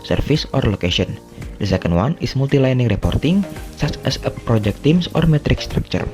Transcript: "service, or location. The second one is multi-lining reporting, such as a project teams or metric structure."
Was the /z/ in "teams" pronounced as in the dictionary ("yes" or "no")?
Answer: no